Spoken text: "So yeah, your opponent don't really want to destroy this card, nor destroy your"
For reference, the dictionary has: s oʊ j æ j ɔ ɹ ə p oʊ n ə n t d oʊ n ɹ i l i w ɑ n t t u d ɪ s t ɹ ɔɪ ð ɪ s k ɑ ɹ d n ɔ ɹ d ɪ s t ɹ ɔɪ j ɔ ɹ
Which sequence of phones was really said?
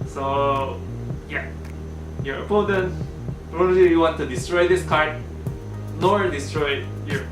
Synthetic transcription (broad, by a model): s oʊ j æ j ɔ ɹ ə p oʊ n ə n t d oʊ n l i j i w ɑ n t t u d ɪ s t ɹ ɔɪ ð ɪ s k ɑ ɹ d n ɔ ɹ d ɪ s t ɹ ɔɪ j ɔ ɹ